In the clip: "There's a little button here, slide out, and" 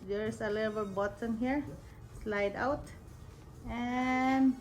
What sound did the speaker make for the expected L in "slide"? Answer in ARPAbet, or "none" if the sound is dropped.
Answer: L